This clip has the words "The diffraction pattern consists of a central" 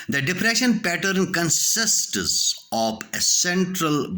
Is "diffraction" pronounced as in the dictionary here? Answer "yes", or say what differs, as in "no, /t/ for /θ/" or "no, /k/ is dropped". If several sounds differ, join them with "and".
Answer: no, /p/ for /f/ and /k/ is dropped